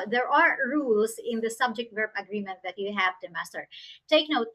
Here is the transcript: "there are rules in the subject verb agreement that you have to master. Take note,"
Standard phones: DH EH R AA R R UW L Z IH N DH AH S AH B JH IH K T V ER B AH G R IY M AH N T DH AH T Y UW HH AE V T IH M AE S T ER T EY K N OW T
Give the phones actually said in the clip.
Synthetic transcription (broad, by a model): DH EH R AA R R UW L S IH N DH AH S AH B JH IH K T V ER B AH G R IY M AH N T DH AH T Y UW HH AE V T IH M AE S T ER T EY K N OW T